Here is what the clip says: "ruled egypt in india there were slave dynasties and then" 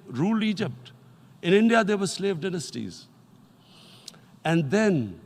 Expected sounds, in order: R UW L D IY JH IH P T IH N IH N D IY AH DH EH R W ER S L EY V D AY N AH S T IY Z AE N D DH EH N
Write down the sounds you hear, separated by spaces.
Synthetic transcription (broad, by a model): R UW L D IY JH IH P T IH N IH N D IY AH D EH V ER S L EY V D AY N AH S T IY Z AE N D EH N